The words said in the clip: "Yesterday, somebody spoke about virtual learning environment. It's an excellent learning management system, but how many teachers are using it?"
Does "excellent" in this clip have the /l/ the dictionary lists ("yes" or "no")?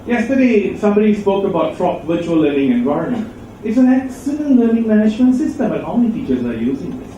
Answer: no